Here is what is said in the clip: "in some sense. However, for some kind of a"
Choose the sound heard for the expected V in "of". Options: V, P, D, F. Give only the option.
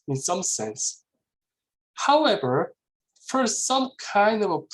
V